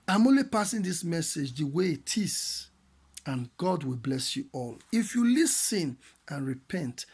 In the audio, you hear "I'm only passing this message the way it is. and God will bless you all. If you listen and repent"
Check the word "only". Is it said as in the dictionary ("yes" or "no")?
yes